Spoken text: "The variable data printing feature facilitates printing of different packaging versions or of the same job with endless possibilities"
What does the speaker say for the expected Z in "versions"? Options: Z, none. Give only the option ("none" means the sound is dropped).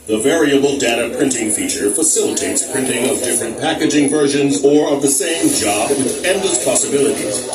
Z